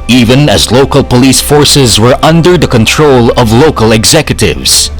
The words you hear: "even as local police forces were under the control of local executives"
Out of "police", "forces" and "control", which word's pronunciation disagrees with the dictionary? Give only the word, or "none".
none